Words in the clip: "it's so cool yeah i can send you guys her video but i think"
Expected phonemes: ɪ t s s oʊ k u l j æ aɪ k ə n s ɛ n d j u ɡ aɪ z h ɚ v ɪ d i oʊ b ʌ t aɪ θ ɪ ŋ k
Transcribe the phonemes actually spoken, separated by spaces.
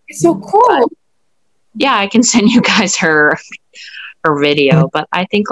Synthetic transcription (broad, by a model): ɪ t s s oʊ k u l j æ aɪ k ə n s ɛ n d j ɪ ɡ aɪ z h ɚ v ɪ d i oʊ b ʌ t aɪ θ ɪ ŋ k